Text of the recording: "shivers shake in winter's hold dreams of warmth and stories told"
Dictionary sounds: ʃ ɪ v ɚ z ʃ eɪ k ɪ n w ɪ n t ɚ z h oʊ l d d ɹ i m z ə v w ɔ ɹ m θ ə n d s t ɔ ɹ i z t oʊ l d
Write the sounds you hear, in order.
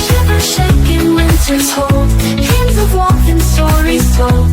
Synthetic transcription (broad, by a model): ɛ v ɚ ʃ eɪ k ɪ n w ɪ n t ɚ z h oʊ l d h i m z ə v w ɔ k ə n s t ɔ ɹ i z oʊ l